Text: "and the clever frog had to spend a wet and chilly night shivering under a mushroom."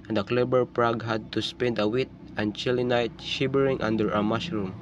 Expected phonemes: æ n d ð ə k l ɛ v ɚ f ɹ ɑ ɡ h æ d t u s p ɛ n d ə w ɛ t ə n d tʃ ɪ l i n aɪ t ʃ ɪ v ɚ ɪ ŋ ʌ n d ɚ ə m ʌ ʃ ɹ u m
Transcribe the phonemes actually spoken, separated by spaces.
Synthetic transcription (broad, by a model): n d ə k l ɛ b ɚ p ɹ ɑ ɡ h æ d t u s p ɛ n d ə w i t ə n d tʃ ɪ l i n aɪ t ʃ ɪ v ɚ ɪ ŋ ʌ n d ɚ ə m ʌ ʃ ɹ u m